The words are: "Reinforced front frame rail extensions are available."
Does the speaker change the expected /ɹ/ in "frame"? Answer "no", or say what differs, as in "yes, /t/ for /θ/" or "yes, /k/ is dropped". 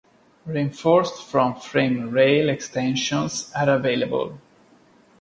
no